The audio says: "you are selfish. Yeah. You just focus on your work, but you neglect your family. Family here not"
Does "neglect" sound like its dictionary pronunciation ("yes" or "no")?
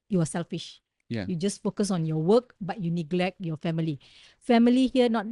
yes